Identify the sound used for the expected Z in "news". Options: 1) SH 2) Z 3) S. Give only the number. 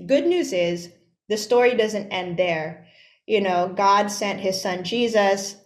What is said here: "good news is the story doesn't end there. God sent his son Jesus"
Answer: 2